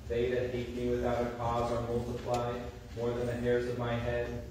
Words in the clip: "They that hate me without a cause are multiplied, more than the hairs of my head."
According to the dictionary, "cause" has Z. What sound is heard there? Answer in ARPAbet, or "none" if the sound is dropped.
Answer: Z